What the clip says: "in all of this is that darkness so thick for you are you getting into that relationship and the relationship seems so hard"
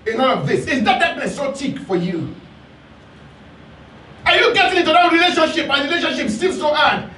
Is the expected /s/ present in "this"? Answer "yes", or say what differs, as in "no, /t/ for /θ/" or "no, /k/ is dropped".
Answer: yes